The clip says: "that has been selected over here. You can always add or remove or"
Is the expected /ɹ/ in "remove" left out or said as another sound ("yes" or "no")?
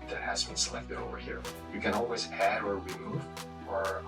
yes